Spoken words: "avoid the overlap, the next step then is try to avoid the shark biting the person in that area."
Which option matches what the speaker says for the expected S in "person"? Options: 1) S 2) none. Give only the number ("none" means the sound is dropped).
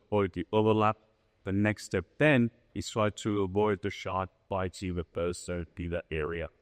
2